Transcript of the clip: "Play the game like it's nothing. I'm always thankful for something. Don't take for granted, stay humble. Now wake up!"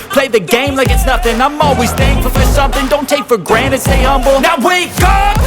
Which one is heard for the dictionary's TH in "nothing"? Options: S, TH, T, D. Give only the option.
TH